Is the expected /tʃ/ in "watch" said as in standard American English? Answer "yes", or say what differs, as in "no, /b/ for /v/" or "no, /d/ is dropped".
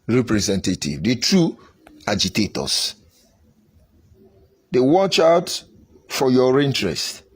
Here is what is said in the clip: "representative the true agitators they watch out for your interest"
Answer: yes